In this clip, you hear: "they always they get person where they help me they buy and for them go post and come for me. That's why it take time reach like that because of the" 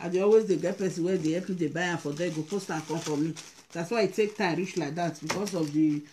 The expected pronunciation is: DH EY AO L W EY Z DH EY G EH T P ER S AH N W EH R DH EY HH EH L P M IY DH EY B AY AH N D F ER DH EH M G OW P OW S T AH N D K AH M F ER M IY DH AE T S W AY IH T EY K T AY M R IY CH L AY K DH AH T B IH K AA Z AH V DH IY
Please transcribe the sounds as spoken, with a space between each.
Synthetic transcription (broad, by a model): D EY AO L W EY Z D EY G EH T P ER S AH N W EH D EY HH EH P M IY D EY B AY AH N F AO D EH G OW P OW S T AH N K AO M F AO M IY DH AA T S W AY IH T EY K T AY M R IY CH L AY K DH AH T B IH K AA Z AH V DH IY